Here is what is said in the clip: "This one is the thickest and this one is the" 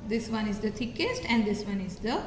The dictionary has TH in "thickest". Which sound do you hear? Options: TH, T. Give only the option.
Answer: T